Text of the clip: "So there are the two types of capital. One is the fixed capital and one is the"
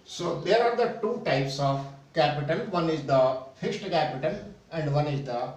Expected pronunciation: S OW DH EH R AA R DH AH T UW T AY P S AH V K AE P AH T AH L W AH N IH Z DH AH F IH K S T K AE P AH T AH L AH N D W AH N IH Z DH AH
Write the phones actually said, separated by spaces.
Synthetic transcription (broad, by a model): S OW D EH R AA R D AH T UW T AY P S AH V K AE P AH T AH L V AH N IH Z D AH F IH K S T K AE P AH T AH N AH N D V AH N IH Z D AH